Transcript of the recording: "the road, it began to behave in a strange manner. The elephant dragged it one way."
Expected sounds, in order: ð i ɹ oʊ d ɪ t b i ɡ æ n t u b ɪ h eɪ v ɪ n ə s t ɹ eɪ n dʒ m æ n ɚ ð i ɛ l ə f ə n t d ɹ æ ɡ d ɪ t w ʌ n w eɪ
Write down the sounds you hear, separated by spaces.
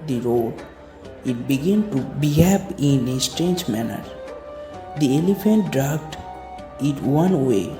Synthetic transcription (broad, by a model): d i ɹ oʊ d ɪ t b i ɡ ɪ n t u b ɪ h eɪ p ɪ n ə s t ɹ eɪ n dʒ m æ n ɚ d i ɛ l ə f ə n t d ɹ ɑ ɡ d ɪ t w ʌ n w eɪ